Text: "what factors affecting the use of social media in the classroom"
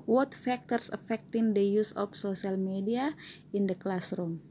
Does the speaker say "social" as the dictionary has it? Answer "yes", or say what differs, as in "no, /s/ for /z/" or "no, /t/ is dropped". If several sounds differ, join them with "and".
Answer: no, /s/ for /ʃ/